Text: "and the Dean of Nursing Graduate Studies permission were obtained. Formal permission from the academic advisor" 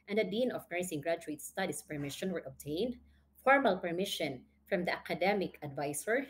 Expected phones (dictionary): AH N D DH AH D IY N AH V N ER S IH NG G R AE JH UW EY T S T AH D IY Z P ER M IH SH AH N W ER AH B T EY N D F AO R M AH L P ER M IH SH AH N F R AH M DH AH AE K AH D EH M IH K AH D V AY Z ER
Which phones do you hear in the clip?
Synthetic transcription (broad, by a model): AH N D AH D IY N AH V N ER S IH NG G R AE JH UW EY T S T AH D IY S P ER M IH SH AH N W ER AH B T EY N D F AO R M AH L P ER M IH SH AH N F R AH M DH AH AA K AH D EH M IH K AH D V AY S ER